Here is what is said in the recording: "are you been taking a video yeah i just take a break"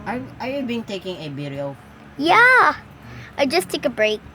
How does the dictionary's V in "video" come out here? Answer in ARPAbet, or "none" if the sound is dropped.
B